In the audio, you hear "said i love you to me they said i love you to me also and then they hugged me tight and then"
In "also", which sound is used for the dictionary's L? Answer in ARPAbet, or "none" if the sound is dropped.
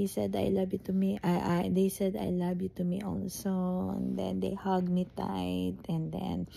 N